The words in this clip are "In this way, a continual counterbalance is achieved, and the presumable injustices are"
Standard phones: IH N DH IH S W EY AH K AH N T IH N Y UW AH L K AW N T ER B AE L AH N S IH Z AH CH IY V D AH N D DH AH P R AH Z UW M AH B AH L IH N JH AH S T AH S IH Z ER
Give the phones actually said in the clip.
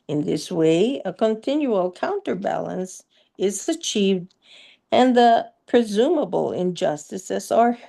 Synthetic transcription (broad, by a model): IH N DH IH S W EY AH K AH N T IH N Y UW AH L K AW N T ER B AE L AH N S IH Z AH CH IY V D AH N DH AH P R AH Z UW M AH B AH L IH N JH AH S T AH S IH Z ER